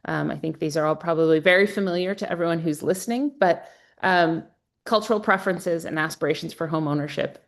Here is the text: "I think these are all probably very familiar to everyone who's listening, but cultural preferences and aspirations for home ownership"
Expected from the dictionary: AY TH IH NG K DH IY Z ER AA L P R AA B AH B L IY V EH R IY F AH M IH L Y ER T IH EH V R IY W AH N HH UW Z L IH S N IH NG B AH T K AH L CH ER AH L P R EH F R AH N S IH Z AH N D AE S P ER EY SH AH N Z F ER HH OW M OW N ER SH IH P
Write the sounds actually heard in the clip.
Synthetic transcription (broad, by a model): AY TH IH NG K DH IY Z ER AA L P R AA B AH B L IY V EH R IY F AH M IH L Y ER T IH EH V R IY W AH N HH UW Z L IH S N IH NG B AH T K AH L CH ER L P R EH F R AH N S IH Z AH N AE S P ER EY SH N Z F ER HH OW M OW N ER SH IH P